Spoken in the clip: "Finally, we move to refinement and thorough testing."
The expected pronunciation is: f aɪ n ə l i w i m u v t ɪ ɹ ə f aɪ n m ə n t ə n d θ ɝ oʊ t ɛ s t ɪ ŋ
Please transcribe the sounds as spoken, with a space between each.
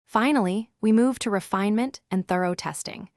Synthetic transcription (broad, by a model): f aɪ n l i w i m u v t ɪ ɹ ə f aɪ n m ə n t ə n θ ɝ oʊ t ɛ s t ɪ ŋ